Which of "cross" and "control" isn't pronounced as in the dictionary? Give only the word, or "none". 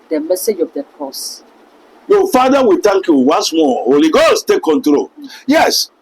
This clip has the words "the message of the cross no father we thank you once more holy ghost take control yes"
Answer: cross